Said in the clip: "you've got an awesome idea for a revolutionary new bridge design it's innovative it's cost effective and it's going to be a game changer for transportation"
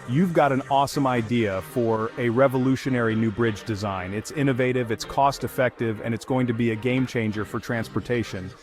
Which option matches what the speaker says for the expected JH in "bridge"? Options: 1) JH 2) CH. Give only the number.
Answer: 1